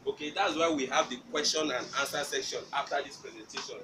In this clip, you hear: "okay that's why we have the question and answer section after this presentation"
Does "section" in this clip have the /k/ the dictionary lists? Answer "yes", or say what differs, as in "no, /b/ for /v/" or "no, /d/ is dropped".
yes